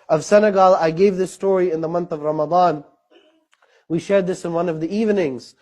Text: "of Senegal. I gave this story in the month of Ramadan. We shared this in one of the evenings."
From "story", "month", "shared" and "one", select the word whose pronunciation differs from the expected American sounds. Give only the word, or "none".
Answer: none